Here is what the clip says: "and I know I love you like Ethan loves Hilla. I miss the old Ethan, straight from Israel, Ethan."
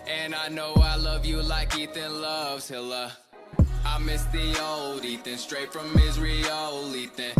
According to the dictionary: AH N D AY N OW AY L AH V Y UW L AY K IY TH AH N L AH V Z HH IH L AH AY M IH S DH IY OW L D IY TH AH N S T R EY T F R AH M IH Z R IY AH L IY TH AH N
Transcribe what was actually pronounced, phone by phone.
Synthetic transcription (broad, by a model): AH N AY N OW AY L AH V Y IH L AY K IY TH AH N L AH V Z HH IH L AH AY M IH S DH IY OW L D IY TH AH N S T R EY T F R AH M IH Z R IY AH L IY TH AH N